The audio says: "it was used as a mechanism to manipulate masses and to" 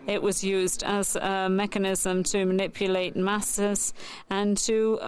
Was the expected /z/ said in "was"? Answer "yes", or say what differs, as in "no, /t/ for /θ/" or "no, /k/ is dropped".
yes